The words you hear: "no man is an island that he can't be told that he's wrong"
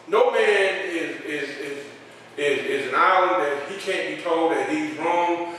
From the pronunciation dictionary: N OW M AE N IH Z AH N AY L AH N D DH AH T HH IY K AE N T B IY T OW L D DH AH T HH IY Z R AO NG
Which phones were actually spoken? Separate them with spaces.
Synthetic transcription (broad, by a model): N OW M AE N IH Z AH N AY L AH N DH AH T HH IY K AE N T B IY T OW L D DH AH T HH IY Z R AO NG